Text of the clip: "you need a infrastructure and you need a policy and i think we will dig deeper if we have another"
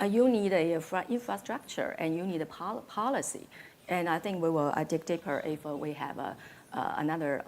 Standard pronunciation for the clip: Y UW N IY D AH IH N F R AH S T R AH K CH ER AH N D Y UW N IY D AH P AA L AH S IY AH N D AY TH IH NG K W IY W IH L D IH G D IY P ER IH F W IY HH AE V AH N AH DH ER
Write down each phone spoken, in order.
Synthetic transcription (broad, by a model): Y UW N IY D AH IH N F R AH S T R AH K CH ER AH N Y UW N IY D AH P AA L AH S IY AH N AY TH IH NG K W IY W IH L D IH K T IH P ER IH F W IY HH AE V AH N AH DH ER